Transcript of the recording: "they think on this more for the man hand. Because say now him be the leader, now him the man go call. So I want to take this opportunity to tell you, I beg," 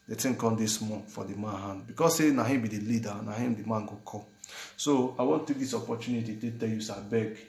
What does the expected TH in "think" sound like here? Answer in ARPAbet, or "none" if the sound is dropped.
T